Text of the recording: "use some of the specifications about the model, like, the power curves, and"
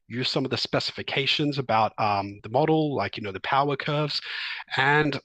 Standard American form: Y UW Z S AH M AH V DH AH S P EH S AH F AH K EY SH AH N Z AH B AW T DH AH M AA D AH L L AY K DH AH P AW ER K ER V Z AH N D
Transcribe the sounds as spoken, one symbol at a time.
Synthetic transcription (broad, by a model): Y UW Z S AH M AH V DH AH S P EH S AH F AH K EY SH AH N Z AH B AW T DH AH M AA D L L AY K DH AH P AW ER K ER V Z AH N